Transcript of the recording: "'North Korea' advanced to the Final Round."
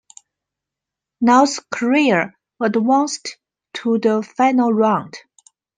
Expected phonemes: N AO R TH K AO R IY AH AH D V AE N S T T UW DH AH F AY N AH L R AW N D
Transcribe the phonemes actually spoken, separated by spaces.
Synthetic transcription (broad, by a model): N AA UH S K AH R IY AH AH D W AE N S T T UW DH AH F AY N AH L R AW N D